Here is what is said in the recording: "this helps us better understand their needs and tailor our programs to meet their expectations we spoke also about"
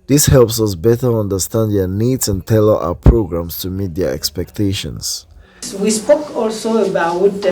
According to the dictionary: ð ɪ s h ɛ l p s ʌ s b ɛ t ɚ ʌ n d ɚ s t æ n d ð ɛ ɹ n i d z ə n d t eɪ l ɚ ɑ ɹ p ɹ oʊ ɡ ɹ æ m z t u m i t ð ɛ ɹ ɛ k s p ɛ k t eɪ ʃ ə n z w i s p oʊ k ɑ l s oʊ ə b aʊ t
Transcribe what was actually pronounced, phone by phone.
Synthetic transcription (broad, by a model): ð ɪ s h ɛ l p s ʌ s b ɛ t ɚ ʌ n d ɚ s t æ n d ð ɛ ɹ n i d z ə n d t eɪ l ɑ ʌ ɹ p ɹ oʊ ɡ ɹ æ m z t u m i t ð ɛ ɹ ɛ k s p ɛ k t eɪ ʃ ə n s w i s p oʊ k ɑ l s oʊ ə b aʊ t